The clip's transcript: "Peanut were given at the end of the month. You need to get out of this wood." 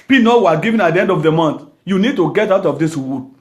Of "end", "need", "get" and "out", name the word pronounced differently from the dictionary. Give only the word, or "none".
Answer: none